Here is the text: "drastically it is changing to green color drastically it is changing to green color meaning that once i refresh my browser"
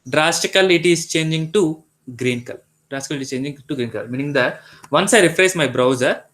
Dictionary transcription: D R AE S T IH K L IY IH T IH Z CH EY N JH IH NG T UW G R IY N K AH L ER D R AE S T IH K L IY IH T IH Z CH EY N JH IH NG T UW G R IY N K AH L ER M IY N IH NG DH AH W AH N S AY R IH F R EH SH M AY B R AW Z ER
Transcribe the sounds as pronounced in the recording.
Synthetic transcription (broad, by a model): D R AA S T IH K L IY T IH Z CH EY N JH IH NG T UW G R IY N K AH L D R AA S T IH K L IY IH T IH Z CH EY N JH IH NG T UW G R IY N K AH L M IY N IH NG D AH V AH N S AY R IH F R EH S M AY B R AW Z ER